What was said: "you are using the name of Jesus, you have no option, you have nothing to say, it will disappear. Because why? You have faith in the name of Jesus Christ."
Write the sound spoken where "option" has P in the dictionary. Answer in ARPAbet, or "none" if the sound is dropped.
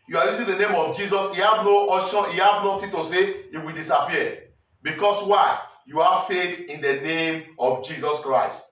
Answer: none